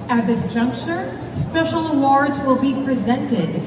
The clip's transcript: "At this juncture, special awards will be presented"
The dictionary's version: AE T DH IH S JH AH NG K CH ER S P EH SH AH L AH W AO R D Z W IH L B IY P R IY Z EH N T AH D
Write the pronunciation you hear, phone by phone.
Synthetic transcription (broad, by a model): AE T DH IH S JH AH NG K CH ER S P EH SH L AH W AO R D Z W IH L B IY P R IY Z EH N T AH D